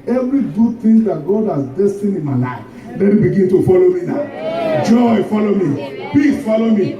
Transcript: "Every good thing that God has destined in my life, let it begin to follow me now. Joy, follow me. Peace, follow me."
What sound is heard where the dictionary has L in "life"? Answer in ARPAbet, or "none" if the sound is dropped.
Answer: N